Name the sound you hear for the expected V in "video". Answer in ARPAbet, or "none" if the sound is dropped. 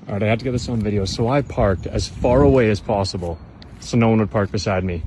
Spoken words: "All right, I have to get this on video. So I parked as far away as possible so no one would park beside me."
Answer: V